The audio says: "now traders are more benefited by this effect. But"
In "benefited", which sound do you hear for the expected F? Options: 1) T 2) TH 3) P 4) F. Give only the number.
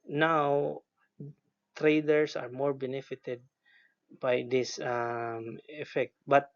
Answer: 4